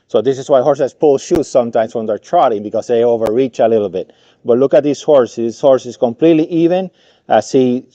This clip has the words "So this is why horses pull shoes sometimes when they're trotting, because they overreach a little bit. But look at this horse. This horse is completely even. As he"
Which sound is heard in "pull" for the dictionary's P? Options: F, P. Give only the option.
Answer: P